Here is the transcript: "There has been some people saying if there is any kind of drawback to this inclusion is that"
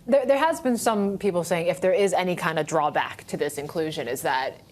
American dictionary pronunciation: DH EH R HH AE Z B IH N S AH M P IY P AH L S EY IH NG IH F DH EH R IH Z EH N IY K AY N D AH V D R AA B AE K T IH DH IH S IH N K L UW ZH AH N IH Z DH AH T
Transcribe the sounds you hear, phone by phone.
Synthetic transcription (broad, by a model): DH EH R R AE Z B IH N S AH M P IY P L S EY IH NG IH F DH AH R IH Z EH N IY K AY N D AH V D R AA B AE K T IH DH IH S IH N K L UW ZH AH N IH Z DH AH T